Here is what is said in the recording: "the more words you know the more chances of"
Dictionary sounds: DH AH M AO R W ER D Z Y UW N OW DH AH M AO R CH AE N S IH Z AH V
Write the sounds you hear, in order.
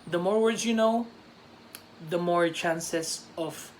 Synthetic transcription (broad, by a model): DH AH M AO R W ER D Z Y UW N OW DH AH M AO R CH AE N S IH S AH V